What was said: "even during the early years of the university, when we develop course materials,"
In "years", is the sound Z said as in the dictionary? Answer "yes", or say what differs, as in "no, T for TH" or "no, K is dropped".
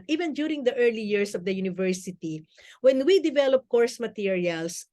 no, S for Z